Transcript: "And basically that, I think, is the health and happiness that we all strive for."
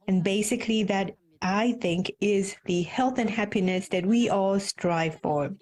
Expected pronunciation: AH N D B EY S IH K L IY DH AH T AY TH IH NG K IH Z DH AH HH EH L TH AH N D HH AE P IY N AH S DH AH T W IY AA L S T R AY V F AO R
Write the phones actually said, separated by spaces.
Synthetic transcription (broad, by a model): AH N B EY S IH K L IY DH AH T AY TH IH NG K IH Z DH AH HH EH L TH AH N HH AE P IY N AH S DH AH T W IY AA L S T R AY V F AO R